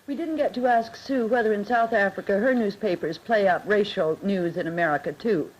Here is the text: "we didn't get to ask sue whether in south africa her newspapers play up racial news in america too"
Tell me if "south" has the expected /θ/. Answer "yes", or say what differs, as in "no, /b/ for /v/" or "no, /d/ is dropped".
yes